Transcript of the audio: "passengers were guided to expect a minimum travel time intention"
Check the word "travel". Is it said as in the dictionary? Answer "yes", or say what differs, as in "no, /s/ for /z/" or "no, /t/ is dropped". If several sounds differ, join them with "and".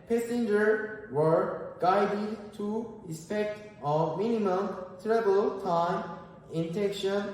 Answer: no, /b/ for /v/